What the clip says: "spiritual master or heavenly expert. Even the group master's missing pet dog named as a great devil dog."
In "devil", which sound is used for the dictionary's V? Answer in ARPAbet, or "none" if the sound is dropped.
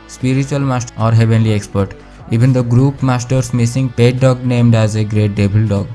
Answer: B